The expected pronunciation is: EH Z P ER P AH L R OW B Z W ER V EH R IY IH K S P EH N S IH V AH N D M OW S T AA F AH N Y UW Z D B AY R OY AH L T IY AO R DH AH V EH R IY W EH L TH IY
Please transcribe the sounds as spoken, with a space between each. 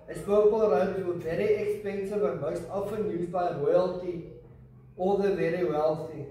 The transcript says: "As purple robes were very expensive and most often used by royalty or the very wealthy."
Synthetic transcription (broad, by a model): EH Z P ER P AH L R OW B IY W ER V EH R IY IH K S P EH N S IH V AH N M OW S T AA F AH N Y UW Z B AY R OY AH L T IY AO L DH AH V EH R IY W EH L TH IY